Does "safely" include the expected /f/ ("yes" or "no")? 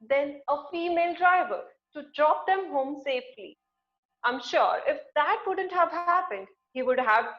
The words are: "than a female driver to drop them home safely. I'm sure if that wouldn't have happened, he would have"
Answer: yes